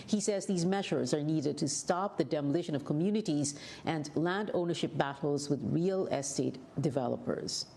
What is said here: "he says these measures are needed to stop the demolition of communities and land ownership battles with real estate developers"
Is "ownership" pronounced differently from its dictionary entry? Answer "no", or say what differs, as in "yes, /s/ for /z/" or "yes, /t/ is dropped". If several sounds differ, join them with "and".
no